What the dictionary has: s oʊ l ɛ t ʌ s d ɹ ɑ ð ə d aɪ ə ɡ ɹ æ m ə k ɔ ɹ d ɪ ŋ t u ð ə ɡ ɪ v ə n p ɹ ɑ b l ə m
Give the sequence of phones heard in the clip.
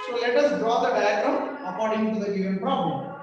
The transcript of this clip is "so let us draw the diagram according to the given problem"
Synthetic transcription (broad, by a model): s oʊ l ɛ t ʌ s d ɹ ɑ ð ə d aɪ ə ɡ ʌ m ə k ɔ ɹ d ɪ ŋ t u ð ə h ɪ ə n p ɹ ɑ b l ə m